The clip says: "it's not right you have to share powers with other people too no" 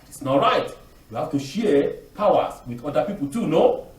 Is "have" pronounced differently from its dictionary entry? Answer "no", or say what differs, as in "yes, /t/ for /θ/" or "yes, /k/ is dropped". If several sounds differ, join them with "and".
yes, /f/ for /v/